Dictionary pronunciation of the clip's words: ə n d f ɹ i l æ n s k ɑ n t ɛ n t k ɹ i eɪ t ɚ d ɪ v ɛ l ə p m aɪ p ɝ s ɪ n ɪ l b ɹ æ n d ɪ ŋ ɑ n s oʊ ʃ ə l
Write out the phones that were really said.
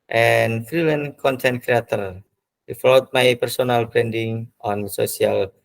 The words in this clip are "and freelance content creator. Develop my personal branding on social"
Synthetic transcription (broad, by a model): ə n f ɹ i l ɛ n k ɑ n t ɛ n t k ɹ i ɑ t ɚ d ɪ f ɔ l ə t m aɪ p ɝ s ɪ n ɪ l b ɹ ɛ n d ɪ ŋ ɑ n s oʊ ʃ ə l